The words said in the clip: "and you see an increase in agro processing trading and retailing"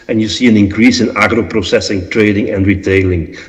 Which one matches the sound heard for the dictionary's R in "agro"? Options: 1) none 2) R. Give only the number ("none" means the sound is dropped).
2